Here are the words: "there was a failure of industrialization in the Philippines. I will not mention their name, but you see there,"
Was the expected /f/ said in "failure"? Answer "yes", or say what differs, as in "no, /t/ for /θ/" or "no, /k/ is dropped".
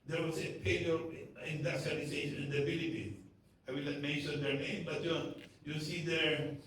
no, /p/ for /f/